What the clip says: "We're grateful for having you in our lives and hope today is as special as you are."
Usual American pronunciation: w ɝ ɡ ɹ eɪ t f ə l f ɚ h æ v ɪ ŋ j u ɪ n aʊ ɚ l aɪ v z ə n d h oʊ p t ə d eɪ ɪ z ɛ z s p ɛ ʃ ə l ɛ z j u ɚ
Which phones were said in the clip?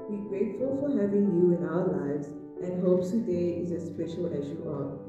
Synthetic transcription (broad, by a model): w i ɡ ɹ eɪ t f ə l f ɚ h æ v ɪ ŋ j u ɪ n aʊ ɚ l aɪ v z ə n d h oʊ p s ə d eɪ ɪ z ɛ s p ɛ ʃ ə l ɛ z j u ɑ